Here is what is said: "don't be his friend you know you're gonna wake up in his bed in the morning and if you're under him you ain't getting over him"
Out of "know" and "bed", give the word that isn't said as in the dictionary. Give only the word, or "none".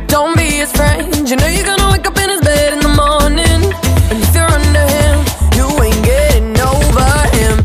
none